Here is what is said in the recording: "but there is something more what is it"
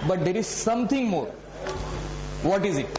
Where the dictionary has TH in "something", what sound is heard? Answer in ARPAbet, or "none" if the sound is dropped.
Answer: T